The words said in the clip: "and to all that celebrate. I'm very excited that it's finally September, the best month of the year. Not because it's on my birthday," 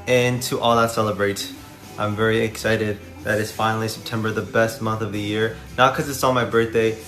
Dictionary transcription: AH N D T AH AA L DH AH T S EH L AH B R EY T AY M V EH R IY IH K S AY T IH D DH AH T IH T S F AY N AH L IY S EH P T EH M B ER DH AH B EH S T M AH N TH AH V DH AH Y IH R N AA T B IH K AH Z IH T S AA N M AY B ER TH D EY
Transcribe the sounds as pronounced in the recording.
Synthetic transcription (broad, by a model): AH N T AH AA L DH AH T S EH L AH B R EY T AY M V EH R IY IH K S AY T IH D DH AH T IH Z F AY N L IY S EH P T EH M B ER DH AH B EH S T M AH N TH AH V DH AH Y IH R N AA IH K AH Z IH T S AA M AY B ER TH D EY